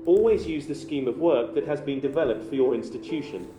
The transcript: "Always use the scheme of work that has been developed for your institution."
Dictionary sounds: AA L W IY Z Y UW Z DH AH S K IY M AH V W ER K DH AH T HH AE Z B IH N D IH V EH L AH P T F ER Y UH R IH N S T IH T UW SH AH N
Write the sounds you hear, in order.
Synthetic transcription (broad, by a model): AA L W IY Z Y UW Z DH AH S K IY M AH V W ER K DH AH T HH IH Z B IH N D IH V EH L AH P T F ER Y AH R IH N S T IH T UW SH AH N